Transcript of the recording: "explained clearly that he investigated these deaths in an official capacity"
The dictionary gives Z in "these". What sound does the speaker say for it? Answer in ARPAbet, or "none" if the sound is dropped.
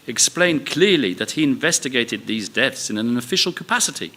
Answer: Z